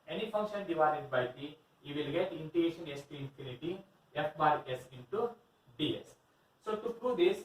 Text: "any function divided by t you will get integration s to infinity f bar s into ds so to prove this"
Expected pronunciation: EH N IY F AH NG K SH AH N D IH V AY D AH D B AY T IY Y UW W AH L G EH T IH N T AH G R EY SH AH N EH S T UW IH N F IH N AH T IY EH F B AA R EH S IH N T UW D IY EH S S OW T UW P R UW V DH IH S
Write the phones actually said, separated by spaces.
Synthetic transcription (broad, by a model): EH N IY F AH NG K SH AH N D IH V AY D AH D B AY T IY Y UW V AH L G EH T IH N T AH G EY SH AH N EH S T UW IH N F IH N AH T IY EH F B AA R EH S IH N T UW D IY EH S S OW T UW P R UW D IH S